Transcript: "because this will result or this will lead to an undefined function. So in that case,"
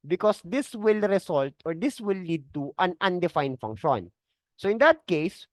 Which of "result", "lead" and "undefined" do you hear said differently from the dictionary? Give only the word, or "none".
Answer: result